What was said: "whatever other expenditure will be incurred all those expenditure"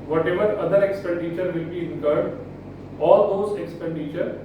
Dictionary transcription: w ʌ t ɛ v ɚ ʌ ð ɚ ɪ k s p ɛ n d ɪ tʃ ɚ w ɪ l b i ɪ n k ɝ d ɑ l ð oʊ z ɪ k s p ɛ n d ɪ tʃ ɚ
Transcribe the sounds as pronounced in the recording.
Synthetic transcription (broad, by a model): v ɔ t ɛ v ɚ ʌ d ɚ ɪ k s p ɛ n d ɪ tʃ ɚ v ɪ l b i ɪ k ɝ d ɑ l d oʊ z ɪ k s p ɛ n d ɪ tʃ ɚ